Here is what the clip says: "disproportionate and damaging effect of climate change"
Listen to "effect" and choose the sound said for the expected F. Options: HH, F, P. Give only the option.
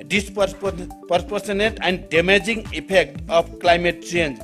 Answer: P